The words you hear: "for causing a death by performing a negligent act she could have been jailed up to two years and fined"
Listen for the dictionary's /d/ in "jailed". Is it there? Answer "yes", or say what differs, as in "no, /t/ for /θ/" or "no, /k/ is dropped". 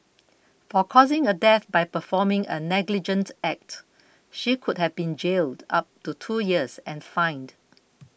yes